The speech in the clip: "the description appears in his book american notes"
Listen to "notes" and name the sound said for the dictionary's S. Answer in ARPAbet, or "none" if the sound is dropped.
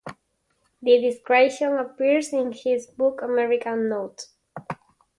none